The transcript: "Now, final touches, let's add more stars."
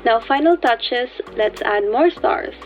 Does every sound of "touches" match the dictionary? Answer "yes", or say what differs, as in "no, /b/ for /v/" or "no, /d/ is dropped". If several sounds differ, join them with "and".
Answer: no, /s/ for /z/